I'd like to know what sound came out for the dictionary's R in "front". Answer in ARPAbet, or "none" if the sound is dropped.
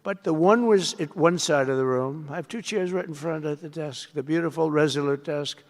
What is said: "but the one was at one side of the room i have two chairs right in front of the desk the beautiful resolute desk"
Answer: R